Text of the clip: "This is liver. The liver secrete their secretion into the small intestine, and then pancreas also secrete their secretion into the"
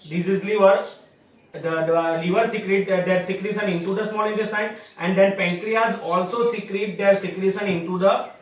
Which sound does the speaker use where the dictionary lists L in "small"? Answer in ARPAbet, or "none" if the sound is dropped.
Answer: N